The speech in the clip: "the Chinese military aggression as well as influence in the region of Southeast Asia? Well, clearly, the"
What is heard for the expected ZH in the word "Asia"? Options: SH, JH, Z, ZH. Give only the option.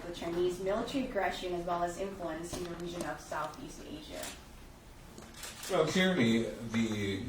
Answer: ZH